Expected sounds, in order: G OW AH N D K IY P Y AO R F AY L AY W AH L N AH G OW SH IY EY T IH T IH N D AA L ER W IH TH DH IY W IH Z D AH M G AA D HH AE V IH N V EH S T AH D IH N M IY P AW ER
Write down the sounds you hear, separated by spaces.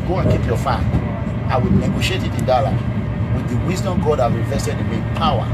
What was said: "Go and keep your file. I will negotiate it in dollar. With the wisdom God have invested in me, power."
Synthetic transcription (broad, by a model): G OW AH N K IY P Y AO F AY N AY W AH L N AH G OW SH IY EY T IH T IH N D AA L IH W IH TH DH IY W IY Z D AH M G AA D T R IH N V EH S T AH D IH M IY P AW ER